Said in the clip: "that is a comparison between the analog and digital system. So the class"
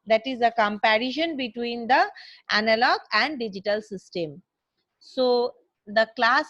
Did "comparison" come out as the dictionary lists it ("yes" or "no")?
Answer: no